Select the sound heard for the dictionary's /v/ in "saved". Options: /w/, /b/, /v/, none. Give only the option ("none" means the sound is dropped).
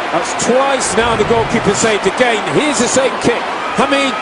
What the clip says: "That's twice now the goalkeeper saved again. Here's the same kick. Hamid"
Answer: none